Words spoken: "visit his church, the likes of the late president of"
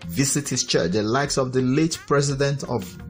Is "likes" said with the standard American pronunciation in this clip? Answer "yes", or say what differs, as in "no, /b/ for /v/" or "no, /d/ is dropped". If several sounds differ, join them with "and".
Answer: yes